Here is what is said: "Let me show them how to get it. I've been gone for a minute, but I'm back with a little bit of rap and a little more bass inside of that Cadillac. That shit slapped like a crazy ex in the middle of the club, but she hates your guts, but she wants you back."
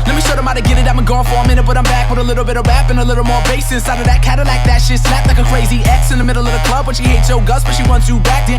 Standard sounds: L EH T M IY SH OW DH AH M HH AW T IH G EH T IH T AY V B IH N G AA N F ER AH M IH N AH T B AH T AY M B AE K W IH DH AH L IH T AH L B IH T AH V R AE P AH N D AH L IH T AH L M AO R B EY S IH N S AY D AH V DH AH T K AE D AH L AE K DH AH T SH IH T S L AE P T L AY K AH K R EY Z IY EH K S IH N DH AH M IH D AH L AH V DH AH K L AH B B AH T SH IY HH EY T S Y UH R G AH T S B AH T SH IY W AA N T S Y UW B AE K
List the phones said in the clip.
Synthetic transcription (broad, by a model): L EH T M IY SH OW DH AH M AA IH T IH G EH T IH T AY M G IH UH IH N F ER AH M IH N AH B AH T AY M B AE K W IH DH AH L IH T L B IH T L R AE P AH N AH L IH T L M AO R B EY S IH S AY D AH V DH AH T K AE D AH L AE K DH AH T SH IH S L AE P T L AY K AH K R EY Z IY EH K S IH N DH AH M IH D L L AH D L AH K L AH B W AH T SH IY HH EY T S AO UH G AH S B AH T SH IY W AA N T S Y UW B AE K